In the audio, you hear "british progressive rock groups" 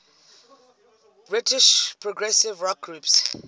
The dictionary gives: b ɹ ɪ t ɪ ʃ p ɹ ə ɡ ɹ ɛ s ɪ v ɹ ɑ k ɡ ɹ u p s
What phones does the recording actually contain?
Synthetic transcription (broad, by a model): b ɹ ɪ t ɪ ʃ p ɹ ə ɡ ɹ ɛ s ɪ v ɹ ɑ k ɡ ɹ u p s